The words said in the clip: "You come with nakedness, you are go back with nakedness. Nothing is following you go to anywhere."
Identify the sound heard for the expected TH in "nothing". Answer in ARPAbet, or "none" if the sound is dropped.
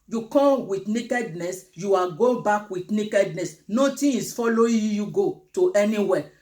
T